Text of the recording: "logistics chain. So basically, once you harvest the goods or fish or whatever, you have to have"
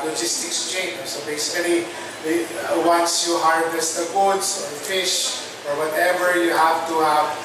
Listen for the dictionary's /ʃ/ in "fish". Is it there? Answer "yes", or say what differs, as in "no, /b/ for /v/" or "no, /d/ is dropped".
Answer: yes